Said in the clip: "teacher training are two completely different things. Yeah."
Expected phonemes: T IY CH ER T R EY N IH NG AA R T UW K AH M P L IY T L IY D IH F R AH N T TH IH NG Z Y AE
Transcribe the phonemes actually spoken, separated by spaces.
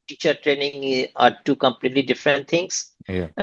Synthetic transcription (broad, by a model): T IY CH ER T R EY N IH NG AA R T UW K AH M P L IY T L IY D IH F R AH N T T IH NG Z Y